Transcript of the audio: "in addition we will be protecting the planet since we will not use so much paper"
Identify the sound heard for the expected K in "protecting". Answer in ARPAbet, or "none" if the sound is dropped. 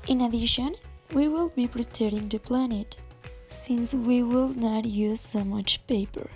none